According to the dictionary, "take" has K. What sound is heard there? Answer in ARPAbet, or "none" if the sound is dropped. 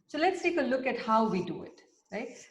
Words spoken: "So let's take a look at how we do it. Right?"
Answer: K